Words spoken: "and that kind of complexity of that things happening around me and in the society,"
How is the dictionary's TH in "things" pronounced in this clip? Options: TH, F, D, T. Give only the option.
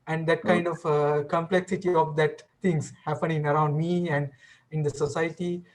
T